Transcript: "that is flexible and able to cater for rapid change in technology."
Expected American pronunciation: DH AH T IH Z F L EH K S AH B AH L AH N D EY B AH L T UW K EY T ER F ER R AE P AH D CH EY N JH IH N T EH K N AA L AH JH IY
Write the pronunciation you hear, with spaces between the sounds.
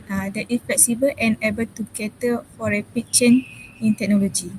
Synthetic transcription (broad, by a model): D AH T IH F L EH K S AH B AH L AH N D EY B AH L T UW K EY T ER F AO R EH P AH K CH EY N IH N T EH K N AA L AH JH IY